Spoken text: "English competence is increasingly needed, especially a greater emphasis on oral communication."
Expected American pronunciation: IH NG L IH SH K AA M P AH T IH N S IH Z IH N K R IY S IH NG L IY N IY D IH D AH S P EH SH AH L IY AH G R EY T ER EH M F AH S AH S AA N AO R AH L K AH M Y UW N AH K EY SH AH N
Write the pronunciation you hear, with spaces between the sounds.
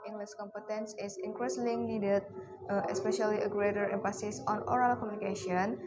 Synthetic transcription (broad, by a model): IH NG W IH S K AA M P AH T IH N S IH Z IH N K R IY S L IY N IY D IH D AH S P EH SH AH L IY AH G R EY T ER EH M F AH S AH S AA N AO R AH L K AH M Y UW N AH K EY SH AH N